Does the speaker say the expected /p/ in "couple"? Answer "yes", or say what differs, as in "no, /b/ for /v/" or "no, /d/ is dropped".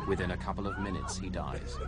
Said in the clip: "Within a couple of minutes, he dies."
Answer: yes